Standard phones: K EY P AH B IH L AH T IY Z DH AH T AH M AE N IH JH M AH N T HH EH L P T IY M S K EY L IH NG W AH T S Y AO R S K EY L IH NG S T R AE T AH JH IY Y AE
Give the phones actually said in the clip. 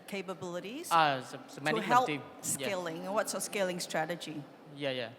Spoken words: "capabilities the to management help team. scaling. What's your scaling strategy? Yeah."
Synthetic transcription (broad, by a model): K EY P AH B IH L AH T IY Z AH S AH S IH M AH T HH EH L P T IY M S K EY L IH NG W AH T S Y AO S K EY L IH NG S T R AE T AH JH IY Y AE